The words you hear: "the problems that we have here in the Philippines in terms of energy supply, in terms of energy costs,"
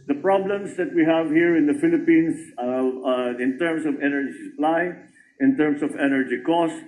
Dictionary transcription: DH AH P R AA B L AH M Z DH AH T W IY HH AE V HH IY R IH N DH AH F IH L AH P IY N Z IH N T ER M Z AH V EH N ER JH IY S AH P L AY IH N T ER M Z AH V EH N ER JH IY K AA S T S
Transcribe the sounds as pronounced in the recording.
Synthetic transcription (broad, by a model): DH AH P R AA B L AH M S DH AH T W IY HH AE V HH IY R IH N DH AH F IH L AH P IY N S IH N T ER M S AH V EH N ER JH IY S AH P L AY IH N T ER M S AH V EH N ER JH IY K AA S S